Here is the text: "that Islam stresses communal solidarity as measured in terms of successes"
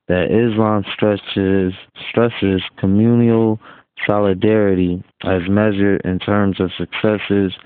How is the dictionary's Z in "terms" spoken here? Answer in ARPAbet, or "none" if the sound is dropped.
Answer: Z